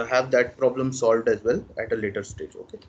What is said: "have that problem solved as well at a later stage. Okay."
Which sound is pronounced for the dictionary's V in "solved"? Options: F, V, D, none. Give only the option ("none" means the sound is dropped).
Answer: V